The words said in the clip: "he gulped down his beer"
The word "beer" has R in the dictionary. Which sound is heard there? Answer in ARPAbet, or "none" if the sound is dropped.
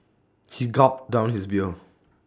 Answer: L